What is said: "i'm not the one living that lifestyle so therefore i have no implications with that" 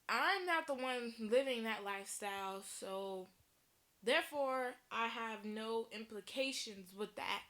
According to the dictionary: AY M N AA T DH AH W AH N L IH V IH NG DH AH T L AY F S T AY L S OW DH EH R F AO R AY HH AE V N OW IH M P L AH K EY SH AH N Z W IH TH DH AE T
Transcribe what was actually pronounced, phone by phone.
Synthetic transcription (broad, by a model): AY M N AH T DH AH W AH N L IH V IH NG DH AH T L AY F S T AY L S OW DH EH R F AO R AY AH V N OW IH M P L AH K EY SH AH N Z W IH DH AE T